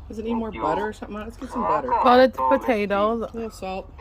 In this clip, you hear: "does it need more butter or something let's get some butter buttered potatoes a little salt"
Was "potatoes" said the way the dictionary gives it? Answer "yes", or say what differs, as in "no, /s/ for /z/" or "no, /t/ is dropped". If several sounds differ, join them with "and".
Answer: no, /z/ is dropped